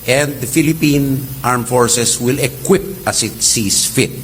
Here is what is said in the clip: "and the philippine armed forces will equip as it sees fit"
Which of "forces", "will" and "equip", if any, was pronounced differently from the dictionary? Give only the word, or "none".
forces